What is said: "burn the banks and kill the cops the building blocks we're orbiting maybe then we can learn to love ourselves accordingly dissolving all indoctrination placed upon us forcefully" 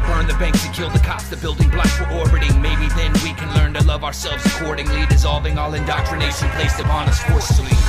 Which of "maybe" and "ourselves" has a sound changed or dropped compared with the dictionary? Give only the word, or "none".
none